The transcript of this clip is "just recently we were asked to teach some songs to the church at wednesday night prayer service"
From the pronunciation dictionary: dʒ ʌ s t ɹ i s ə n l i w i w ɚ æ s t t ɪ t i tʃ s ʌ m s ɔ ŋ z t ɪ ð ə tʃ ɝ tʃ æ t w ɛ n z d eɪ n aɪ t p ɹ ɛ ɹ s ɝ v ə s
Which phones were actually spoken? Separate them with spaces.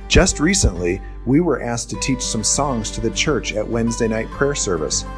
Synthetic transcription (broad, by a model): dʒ ʌ s t ɹ i s ə n l i w i w ɚ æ s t t ɪ t i tʃ s ʌ m s ɔ ŋ z t ɪ ð ə tʃ ɝ tʃ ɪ t w ɛ n z d eɪ n aɪ t p ɹ ɛ ɹ s ɝ v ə s